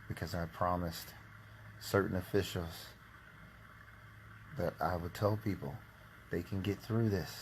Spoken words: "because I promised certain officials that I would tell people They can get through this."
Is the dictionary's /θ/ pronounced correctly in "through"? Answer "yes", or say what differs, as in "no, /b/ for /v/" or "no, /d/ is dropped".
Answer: yes